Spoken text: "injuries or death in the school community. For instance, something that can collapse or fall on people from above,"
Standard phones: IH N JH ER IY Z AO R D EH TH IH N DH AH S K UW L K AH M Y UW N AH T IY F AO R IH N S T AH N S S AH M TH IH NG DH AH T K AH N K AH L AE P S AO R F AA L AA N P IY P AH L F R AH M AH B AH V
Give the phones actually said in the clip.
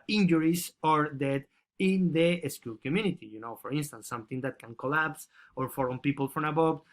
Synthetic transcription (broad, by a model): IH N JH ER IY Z AO R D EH T IH N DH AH S K UW L K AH M Y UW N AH T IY F AO R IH N S T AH N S S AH M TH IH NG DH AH T K AH N K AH L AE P S AO R F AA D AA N P IY P AH L F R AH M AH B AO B